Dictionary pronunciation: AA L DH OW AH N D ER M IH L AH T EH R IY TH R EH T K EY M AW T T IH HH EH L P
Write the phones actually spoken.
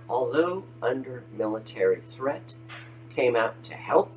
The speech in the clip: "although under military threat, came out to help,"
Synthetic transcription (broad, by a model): AA L DH OW AH N D ER M IH L AH T EH R IY TH R EH T K EY M AW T T IH HH EH L P